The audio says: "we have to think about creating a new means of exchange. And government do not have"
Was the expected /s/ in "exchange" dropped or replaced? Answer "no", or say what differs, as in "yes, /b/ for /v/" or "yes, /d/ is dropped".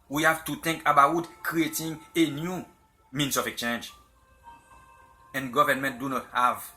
yes, /s/ is dropped